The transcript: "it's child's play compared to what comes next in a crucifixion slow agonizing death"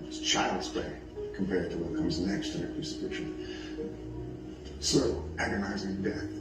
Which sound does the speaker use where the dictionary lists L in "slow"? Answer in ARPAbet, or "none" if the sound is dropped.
none